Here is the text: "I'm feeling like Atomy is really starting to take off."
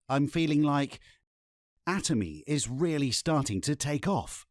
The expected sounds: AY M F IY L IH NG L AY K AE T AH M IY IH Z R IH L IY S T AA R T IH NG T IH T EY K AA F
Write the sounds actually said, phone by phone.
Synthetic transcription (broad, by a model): AY M F IY L IH NG L AY K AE T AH M IY IH Z R IH L IY S T AA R T IH NG T IH T EY K AA F